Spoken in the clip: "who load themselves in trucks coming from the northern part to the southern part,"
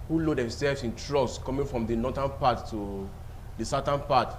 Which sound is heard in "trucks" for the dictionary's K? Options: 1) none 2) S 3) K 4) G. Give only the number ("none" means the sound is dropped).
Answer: 1